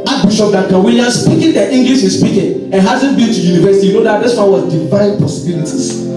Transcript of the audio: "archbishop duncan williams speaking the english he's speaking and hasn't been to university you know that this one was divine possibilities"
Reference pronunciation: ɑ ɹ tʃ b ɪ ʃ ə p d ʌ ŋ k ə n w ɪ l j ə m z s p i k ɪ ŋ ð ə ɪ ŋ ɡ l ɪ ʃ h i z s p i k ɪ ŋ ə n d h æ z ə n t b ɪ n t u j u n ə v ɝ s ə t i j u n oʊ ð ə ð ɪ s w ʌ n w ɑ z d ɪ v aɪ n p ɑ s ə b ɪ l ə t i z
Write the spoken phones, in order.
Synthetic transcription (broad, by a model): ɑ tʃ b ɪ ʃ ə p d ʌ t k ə w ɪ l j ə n s p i k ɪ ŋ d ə ɪ ŋ ɡ l ɪ ʃ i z s p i k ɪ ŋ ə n h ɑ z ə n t b ɪ n t u j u n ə v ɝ s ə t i j u n oʊ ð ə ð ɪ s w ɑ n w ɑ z d ɪ v aɪ n p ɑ s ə b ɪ l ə t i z